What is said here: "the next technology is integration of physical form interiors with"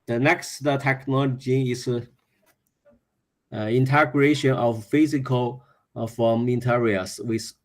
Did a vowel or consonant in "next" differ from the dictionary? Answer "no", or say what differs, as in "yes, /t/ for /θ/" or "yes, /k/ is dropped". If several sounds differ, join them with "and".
no